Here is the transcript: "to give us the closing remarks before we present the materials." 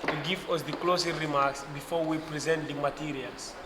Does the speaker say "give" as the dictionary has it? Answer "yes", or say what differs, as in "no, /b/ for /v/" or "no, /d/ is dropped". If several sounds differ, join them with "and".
no, /w/ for /v/